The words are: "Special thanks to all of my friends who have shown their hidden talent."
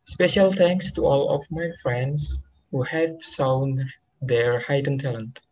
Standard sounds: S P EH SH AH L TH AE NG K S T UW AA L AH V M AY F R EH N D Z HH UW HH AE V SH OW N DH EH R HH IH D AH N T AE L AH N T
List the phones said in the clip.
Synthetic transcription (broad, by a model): S P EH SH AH L T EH NG K S T UW AA L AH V M AY F R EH N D S HH UW HH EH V S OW N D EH R HH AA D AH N T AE L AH N T